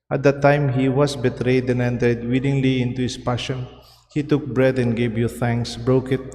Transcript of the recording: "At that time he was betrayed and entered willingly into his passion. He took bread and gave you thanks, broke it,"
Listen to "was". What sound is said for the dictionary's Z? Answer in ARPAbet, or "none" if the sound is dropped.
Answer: S